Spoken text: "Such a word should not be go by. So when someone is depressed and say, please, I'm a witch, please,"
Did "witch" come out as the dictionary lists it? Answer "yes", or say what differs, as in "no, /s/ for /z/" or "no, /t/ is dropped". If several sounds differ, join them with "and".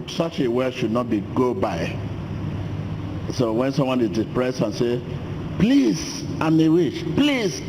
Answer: no, /ʃ/ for /tʃ/